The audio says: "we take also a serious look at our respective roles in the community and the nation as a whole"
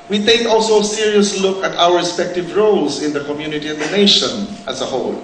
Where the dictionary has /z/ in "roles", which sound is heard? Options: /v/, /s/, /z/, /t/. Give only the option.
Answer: /s/